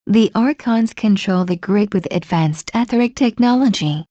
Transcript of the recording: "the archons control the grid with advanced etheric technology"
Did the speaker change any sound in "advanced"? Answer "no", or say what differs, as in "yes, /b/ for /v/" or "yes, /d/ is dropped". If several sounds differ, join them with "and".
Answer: no